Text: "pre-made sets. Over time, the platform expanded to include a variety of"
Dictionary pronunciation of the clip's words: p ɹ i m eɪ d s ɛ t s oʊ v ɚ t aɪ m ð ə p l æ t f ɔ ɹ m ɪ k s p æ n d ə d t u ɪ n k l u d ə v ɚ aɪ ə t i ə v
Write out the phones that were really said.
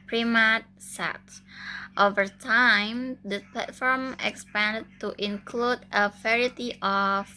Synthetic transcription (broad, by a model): p ɹ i m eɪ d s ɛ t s oʊ v ɚ t aɪ m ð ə p l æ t f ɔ ɹ m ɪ k s p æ n d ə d t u ɪ n k l u d ə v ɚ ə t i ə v